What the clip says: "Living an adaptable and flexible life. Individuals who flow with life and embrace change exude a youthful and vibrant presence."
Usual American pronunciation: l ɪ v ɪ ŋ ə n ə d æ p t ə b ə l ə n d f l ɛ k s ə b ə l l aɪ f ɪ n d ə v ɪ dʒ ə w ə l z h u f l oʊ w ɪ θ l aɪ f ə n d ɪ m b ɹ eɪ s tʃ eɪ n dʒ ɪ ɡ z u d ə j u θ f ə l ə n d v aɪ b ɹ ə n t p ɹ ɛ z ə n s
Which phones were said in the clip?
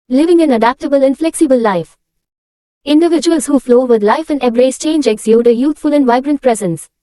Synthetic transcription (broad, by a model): l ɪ v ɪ ŋ ə n ə d æ p t ə b ə l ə n f l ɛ k s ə b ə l l aɪ f ɪ n d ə v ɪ dʒ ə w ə l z h u f l oʊ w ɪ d l aɪ f ə n d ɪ b ɹ eɪ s tʃ eɪ n dʒ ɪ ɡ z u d ə j u t f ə l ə n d v aɪ b ɹ ə n t p ɹ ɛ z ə n s